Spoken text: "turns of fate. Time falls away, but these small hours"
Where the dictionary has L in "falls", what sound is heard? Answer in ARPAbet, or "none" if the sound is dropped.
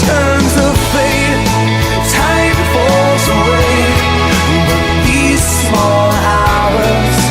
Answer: none